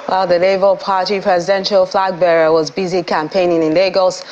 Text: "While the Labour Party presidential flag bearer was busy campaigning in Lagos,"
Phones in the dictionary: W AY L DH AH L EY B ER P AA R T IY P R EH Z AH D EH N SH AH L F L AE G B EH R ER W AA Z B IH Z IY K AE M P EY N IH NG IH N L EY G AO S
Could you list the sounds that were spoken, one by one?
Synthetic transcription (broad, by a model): W AY L DH AH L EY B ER P AA R T IY P R EH Z AH D EH N SH AH L F L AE G B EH R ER W AA Z B IH Z IY K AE M P EY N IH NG IH N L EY G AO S